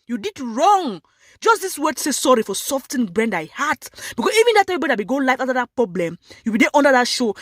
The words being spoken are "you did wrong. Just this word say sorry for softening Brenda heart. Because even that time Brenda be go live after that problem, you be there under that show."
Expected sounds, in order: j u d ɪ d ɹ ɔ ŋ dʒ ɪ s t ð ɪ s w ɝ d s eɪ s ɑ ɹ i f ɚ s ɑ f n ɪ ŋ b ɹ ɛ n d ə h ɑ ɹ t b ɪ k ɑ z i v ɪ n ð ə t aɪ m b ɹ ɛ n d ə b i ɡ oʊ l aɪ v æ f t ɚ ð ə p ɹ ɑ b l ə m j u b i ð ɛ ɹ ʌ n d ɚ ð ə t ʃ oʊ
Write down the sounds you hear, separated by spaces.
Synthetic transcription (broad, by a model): j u d ɪ d ɹ ɔ ŋ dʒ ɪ s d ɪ s w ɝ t s eɪ s ɑ ɹ i f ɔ s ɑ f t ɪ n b ɹ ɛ n d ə h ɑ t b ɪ k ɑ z i v ɪ n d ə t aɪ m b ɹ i d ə b i ɡ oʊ l aɪ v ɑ t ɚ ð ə p ɹ ɑ b l ə m j u b i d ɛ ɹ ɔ n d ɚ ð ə t ʃ oʊ